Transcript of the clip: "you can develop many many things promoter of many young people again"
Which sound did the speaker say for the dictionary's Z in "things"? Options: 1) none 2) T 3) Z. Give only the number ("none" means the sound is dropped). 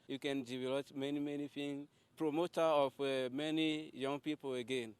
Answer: 1